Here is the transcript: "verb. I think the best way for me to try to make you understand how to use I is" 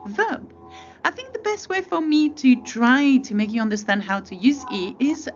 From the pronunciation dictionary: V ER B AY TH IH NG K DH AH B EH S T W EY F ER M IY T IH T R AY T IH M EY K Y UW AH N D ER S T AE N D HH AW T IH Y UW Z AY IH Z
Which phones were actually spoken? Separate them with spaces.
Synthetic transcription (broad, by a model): V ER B AY TH IH NG K DH AH B EH S T W EY F ER M IY T IH T R AY T IH M EY K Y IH AH N D ER S T AE N D HH AW T IH Y UW Z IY IH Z